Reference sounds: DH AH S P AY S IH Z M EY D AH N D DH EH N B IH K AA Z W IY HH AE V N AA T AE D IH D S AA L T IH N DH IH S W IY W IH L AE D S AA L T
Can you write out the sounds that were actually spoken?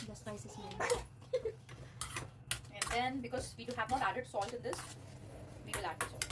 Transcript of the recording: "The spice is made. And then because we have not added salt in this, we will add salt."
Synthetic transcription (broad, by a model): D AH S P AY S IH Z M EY AH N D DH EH N B IH K AA Z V IY HH AE V N AA T AE D IH D S AA L T IH N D IH S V IY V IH L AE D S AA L